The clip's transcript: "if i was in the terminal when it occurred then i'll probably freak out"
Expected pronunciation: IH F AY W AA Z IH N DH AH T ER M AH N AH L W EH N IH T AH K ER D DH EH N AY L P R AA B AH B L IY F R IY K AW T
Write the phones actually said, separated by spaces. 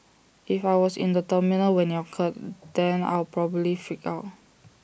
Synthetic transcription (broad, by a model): IH F AY W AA S IH N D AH T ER M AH N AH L W EH N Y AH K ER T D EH N AY L P R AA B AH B L IY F IY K AW T